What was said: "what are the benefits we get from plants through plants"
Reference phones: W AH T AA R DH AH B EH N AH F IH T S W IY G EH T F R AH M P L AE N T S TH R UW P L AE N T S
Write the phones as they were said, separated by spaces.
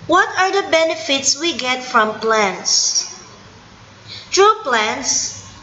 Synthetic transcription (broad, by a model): W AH T AA R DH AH B EH N AH F IH T S W IY G EH T F R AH M P L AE N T S T R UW P L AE N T S